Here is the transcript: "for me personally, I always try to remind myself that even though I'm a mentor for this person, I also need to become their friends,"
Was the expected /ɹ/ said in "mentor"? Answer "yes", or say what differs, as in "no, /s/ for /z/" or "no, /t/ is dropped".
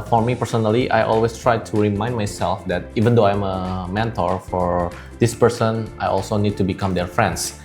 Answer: yes